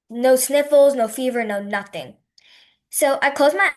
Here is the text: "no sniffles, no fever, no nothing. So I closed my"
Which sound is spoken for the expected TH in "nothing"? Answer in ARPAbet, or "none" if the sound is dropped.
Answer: TH